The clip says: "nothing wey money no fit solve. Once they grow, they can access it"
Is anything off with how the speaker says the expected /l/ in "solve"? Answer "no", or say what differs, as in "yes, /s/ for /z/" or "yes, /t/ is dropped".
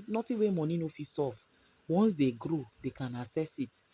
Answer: yes, /l/ is dropped